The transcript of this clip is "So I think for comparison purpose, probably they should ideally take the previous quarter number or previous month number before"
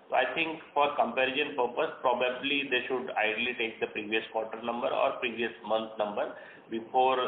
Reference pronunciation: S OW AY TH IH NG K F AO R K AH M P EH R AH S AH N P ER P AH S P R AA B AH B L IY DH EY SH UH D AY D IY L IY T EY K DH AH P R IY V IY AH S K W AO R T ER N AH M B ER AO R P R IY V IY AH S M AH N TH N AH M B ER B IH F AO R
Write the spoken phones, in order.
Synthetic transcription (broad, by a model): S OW AY T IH NG K F AO R K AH M P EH R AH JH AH N P ER P AH S P R AA B AH B L IY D EY SH UH D AY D L IY T EY K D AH P R IY V IY AH S K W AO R T ER N AH M B ER AO R P R IY V IY AH S M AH N T N AH M B ER B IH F AO R